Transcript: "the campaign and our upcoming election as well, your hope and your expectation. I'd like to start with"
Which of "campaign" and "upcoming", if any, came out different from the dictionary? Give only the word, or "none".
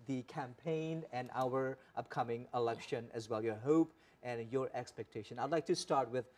none